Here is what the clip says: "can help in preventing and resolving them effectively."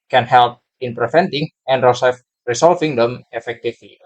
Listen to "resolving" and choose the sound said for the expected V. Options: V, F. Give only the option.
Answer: F